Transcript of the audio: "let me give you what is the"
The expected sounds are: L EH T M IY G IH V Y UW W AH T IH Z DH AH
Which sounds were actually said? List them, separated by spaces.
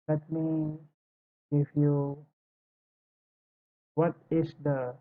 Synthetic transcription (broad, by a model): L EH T M IY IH F Y UW W AH T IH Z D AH